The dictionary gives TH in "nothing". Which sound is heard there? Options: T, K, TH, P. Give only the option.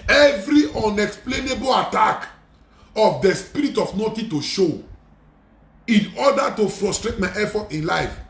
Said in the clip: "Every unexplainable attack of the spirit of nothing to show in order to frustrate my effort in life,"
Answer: T